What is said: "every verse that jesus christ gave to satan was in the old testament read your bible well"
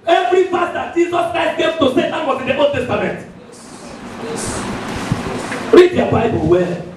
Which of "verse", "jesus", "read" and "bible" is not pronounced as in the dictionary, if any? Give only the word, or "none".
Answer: verse